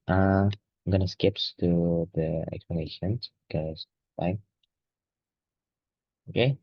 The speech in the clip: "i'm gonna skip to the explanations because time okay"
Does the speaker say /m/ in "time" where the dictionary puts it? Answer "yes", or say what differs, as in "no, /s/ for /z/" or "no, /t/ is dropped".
no, /m/ is dropped